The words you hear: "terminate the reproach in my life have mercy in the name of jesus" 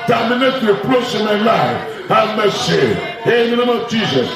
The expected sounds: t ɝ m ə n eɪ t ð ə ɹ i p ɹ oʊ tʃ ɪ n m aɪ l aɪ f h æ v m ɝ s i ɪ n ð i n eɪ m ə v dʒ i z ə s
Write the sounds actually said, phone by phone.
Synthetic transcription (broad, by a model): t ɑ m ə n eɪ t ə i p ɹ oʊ s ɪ m aɪ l aɪ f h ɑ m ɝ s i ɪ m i n eɪ m ə v dʒ i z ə s